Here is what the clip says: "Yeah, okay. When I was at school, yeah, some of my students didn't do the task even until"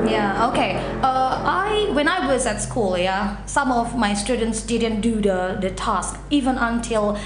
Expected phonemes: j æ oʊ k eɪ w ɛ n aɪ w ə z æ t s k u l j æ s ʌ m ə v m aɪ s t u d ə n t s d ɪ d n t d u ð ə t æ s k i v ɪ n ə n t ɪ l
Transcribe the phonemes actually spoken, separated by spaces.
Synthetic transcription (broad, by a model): j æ oʊ k eɪ w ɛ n aɪ w ə z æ t s k u l j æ s ʌ m ə v m aɪ s t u d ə n t s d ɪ d n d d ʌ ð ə t æ s k i v ɪ n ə n t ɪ l